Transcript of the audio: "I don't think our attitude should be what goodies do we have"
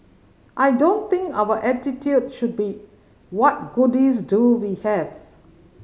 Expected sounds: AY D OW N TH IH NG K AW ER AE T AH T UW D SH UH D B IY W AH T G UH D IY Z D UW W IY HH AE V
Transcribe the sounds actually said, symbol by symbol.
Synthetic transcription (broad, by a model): AY D OW N T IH NG K AW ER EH T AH T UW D SH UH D B IY W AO T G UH D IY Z D UW W IY HH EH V